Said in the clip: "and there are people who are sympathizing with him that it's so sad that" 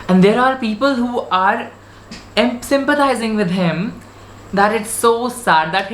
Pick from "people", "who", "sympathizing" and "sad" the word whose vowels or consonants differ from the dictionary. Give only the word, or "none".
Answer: sympathizing